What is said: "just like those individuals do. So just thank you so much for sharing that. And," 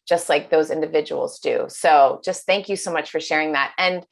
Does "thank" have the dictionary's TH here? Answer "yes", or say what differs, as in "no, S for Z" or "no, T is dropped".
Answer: yes